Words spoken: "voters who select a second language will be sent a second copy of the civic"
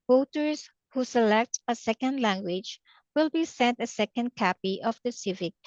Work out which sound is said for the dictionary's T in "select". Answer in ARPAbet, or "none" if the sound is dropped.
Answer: T